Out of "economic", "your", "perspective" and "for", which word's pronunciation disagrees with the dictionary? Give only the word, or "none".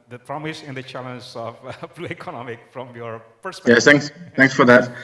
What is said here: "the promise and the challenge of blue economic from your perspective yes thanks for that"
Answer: perspective